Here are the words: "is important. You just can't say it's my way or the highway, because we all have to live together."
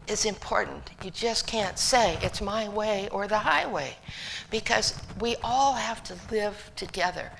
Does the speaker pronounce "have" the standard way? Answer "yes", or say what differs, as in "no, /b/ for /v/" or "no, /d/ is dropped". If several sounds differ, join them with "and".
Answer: no, /f/ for /v/